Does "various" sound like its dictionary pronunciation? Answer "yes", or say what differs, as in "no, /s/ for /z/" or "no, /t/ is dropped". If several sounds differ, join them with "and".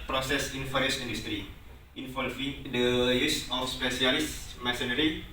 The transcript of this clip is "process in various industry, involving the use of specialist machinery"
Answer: no, /f/ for /v/